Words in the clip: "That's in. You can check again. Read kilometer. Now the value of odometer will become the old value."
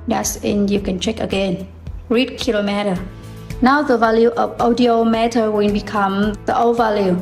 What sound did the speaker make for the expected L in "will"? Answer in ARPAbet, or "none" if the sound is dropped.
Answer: N